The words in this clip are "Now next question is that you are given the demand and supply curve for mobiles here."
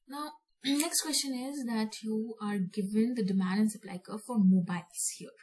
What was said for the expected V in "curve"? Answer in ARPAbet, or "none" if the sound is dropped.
P